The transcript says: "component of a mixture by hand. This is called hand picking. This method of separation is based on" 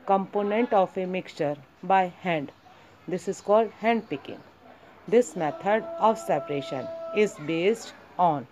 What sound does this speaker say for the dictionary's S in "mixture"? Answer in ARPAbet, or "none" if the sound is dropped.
S